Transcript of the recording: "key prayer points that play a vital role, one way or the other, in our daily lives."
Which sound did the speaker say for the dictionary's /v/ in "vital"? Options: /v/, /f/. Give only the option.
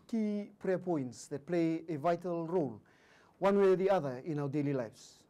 /v/